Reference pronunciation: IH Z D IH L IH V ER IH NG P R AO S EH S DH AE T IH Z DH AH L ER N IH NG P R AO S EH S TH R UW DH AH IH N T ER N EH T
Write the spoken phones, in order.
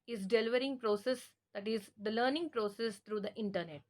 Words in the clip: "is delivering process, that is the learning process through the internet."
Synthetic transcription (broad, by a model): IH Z D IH L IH V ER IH NG P R AO S EH S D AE T IH Z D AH L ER N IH NG P R AO S EH S T R UW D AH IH N T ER N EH T